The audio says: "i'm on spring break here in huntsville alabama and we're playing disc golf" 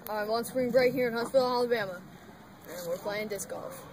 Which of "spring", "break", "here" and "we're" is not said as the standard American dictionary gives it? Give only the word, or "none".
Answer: spring